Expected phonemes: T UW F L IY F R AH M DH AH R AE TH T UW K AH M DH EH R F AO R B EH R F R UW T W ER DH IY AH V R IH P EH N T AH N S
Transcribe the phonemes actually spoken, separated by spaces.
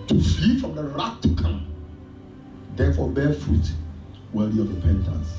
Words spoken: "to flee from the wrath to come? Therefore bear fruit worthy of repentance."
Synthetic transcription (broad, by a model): T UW F L IY F R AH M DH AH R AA T T UW K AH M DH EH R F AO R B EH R F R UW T W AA IY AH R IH P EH N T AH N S